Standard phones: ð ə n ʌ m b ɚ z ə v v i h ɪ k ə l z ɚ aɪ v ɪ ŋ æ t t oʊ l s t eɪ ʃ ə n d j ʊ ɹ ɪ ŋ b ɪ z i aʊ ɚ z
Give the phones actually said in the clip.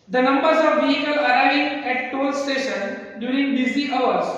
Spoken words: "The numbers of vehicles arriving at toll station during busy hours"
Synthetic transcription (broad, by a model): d ə n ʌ m b ɚ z ə v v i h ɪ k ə l ɚ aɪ ɪ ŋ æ t t oʊ l s t eɪ ʃ ə n d j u ɹ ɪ ŋ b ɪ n i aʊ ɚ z